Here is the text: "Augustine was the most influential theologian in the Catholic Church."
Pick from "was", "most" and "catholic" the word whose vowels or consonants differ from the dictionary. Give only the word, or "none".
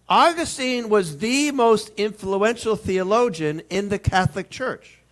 none